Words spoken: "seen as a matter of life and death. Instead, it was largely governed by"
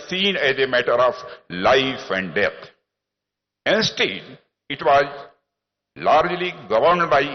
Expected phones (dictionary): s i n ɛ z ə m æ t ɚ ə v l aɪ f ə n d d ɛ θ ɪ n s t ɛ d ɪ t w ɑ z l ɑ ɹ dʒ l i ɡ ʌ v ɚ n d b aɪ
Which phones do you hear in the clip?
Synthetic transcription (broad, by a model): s i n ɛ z ə m æ t ɚ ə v l aɪ f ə n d d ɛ t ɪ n s t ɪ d ɪ t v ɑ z l ɑ ɹ dʒ l i ɡ ʌ v ɚ n d b aɪ